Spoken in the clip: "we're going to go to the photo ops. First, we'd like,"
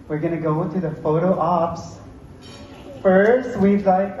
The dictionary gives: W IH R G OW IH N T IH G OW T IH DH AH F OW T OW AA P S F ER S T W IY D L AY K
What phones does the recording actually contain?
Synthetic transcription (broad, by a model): W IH R G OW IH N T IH G OW T IH DH AH F OW T OW AA P S F ER S T W IY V L AY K